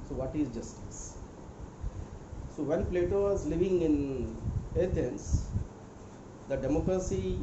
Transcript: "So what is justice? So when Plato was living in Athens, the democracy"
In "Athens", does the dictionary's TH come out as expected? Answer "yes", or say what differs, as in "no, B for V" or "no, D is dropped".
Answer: no, T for TH